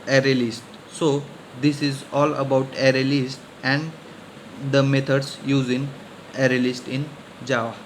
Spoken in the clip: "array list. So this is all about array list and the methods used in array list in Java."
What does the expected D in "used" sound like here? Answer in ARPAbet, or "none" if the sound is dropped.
none